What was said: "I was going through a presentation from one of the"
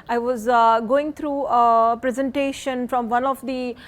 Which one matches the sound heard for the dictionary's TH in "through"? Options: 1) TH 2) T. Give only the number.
2